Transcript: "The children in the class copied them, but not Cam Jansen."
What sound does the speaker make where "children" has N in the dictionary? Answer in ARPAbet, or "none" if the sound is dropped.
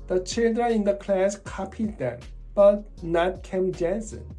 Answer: none